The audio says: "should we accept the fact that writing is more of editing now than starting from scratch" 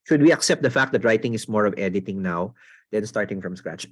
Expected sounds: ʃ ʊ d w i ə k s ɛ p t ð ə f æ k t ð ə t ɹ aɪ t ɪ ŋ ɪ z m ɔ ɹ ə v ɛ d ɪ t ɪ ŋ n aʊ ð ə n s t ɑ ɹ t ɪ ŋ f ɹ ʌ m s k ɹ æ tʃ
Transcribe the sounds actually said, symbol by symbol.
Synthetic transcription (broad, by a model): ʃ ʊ d w i ə k s ɛ p t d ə f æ k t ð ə t ɹ aɪ t ɪ ŋ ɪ s m ɔ ɹ ə v ɛ d ɪ t ɪ ŋ n aʊ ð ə n s t ɑ ɹ t ɪ ŋ f ɹ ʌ m s k ɹ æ tʃ